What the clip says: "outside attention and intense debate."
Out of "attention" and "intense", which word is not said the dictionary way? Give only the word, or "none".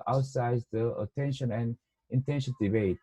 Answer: intense